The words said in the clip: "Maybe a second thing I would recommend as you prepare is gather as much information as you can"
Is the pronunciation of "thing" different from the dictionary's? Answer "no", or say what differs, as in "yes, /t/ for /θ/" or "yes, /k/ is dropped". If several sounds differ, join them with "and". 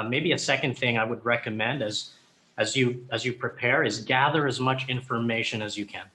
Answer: no